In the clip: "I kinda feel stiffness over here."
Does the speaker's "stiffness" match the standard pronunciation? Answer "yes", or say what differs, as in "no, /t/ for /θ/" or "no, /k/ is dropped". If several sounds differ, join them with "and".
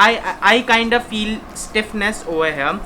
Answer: yes